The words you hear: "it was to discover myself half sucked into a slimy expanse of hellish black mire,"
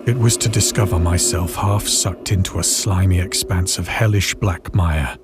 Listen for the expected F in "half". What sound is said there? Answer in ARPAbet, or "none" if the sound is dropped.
F